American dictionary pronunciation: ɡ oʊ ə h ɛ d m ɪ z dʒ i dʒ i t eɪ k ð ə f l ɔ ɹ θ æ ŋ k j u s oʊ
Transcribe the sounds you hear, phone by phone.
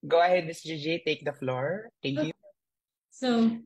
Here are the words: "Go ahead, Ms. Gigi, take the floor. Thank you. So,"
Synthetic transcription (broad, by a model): ɡ oʊ ə h ɛ d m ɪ s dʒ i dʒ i t eɪ k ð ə f l ɔ ɹ t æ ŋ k j u s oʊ